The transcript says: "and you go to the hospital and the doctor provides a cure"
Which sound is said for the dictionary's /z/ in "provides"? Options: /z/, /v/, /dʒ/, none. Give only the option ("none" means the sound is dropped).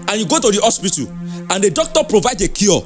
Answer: none